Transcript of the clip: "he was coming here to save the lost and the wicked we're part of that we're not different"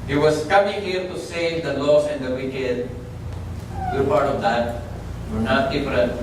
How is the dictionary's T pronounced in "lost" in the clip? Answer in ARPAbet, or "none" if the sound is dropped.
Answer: none